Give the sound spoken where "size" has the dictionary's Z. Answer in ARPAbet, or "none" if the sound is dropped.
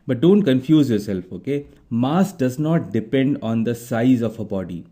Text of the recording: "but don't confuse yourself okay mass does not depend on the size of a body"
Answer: Z